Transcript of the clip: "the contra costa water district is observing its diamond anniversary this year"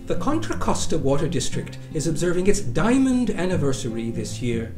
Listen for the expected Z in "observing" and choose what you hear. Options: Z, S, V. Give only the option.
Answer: Z